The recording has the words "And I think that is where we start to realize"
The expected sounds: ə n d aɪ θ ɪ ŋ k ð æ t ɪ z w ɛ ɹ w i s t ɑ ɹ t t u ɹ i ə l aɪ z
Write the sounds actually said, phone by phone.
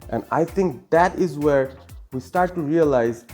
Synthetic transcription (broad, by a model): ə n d aɪ t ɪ ŋ k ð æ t ɪ z w ɛ ɹ w i s t ɑ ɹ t t u ɹ i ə l aɪ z